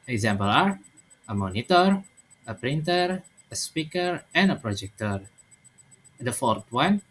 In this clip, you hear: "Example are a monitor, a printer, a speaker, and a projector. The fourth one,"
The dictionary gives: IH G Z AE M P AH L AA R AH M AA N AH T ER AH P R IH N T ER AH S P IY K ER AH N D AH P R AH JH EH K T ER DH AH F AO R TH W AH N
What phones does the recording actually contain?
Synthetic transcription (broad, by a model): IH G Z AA M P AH L AA R AH M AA N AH T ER AH P R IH N T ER AH S P IY K ER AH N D AH P R AH JH EH K T ER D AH F AO R T W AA N